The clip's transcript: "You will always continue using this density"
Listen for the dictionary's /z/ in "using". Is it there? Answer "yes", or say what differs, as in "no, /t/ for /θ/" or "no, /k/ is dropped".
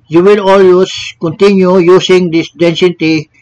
no, /s/ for /z/